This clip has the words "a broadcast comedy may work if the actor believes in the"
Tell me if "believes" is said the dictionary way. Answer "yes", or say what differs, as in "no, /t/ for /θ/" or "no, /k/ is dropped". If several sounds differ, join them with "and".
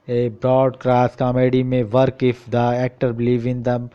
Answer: no, /z/ is dropped